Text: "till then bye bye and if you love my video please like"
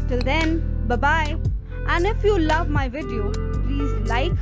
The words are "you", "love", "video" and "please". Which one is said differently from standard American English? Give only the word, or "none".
none